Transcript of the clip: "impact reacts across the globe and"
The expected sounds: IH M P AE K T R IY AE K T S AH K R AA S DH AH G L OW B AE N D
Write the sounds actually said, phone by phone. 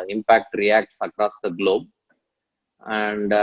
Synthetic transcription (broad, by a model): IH M P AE K T R IY AE K T S AH K R AA S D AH G L OW B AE N D